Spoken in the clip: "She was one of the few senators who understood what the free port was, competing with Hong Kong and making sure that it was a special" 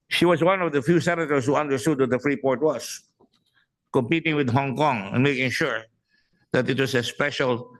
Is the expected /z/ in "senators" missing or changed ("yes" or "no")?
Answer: yes